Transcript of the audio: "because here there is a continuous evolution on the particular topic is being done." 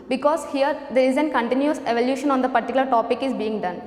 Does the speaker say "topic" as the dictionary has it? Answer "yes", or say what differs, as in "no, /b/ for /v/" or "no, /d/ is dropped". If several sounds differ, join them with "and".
yes